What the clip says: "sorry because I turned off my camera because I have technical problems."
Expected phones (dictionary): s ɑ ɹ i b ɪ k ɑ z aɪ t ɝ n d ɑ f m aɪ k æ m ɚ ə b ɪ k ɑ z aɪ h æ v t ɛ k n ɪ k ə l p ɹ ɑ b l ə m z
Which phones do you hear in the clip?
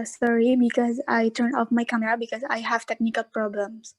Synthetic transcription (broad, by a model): s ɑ ɹ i b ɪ k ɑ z aɪ t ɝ n ɑ f m aɪ k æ m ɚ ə b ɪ k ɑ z aɪ h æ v t ɛ k n ɪ k ə l p ɹ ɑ b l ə m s